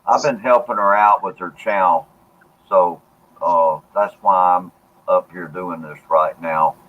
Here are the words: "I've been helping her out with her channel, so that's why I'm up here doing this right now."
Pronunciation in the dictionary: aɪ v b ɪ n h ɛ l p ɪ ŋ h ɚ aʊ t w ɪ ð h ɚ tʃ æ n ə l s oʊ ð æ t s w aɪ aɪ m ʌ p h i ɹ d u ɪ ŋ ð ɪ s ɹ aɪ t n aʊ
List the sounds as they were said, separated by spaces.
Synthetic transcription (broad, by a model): aɪ v b ɪ n h ɛ l p ɪ ŋ ɚ aʊ t w ɪ ð ɚ tʃ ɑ ə l s oʊ ð æ t s w aɪ aɪ m ʌ p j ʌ ɹ d u ɪ ŋ ð ɪ s ɹ aɪ t n aʊ